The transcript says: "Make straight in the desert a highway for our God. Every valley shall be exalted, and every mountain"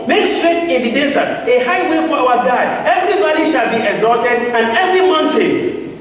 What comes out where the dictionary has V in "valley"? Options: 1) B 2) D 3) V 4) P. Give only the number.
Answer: 1